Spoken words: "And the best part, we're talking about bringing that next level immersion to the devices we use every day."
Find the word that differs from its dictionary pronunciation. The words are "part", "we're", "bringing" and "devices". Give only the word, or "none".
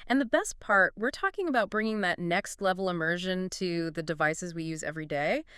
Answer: none